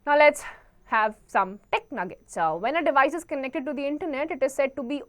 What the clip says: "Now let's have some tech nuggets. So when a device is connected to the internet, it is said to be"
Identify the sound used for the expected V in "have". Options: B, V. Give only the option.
V